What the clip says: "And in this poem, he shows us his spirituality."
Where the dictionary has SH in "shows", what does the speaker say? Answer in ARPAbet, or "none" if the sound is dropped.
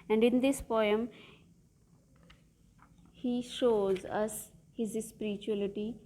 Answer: SH